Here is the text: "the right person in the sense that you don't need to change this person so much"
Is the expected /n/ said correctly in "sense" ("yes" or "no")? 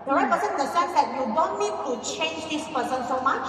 no